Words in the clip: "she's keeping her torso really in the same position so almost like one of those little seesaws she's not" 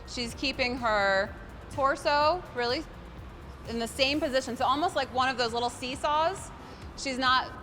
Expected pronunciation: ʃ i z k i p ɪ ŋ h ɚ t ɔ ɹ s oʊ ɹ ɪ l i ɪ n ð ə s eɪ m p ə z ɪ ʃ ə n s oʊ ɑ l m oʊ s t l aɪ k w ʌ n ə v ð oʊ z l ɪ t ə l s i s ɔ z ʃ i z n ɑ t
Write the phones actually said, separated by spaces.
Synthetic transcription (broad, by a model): ʃ i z k i p ɪ ŋ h ɚ t ɔ ɹ s oʊ ɹ ɪ l i ɪ n ð ə s eɪ m p ə z ɪ ʃ ə n s oʊ ɑ l m oʊ s t l aɪ k w ʌ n ə v ð oʊ z l ɪ t l s i s ɔ z ʃ i z n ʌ t